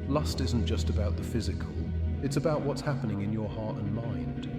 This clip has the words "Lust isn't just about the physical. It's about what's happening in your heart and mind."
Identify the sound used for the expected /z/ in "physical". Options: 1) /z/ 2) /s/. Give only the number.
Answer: 1